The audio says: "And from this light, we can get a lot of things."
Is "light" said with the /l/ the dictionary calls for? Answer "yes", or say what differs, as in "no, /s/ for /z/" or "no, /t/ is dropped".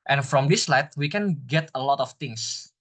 yes